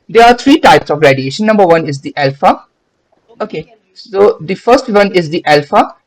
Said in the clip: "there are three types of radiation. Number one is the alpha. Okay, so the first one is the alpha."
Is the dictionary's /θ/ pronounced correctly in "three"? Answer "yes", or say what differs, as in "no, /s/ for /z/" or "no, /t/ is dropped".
no, /t/ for /θ/